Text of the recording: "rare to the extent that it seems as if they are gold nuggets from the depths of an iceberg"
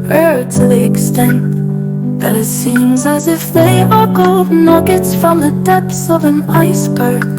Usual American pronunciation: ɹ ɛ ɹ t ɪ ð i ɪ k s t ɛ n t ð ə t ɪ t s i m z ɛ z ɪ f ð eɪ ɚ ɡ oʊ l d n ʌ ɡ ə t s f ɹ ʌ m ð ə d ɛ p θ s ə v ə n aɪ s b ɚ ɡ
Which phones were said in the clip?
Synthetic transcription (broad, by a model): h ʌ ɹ t ɪ ð i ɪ k s t ɛ n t ð ə t ɪ t s i m z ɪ z ɪ f ð eɪ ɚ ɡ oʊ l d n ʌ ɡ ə t s f ɹ ʌ m ð ə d ɛ p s ə v ə n aɪ s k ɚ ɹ